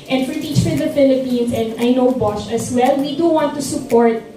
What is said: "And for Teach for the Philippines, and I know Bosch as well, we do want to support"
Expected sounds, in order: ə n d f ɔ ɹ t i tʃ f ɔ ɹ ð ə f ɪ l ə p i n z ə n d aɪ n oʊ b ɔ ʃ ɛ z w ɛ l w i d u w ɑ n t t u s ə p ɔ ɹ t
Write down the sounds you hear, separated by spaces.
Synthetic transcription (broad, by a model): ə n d f ɔ ɹ t i tʃ f ɔ ɹ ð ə f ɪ l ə p i n s ə n d aɪ n oʊ b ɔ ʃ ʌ s w ɛ l w i d u w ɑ n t t u s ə p ɔ ɹ t